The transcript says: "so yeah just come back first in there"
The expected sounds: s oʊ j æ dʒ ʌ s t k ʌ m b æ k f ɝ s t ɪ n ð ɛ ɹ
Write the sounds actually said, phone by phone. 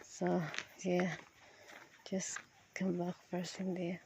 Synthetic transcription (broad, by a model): s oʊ j æ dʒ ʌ s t k ʌ m b æ k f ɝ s ɪ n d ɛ